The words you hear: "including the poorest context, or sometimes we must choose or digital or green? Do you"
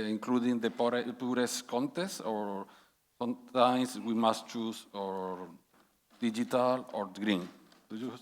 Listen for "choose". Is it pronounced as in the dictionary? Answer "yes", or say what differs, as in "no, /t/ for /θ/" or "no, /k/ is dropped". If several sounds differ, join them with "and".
no, /s/ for /z/